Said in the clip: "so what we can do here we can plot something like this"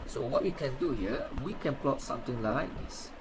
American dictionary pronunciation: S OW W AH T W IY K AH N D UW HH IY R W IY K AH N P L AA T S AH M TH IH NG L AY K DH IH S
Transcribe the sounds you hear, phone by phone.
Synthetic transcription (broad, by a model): S OW W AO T W IY K AH N D UW HH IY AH W IY K AH N P L AA T S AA M T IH NG L AY K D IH S